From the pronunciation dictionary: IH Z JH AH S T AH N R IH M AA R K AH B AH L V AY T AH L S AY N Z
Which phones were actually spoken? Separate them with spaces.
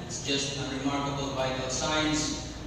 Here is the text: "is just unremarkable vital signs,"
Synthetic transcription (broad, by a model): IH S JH AH S T AH N R IH M AA R K AH B AH L B AY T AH S AY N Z